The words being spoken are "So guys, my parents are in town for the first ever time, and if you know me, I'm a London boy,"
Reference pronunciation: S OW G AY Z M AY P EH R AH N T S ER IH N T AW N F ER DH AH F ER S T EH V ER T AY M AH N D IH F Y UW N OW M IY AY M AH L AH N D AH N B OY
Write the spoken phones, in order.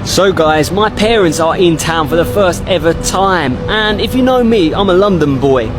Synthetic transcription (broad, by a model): S OW G AY Z M AY P EH R AH N T S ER IH N T AW N F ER DH AH F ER S T EH V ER T AY M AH N IH F Y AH N OW M IY AY M AH L AH N D AH N B OY